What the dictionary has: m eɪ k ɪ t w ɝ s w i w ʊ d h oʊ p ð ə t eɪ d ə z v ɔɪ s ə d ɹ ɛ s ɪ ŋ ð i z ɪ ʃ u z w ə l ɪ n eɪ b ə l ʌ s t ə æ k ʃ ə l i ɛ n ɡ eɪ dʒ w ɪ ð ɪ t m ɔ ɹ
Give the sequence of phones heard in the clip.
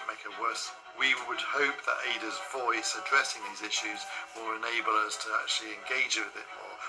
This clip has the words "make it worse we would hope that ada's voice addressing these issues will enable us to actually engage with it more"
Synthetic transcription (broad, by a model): m eɪ k ɪ t w ɝ s w i w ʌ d h oʊ p ð ə t eɪ d ə z v ɔɪ s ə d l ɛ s ɪ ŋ ð i z ɪ ʃ u z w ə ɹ ɪ n eɪ b ə l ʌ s t ə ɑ k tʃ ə l i ɛ n ɡ eɪ dʒ w ɪ ð ɪ t m ɔ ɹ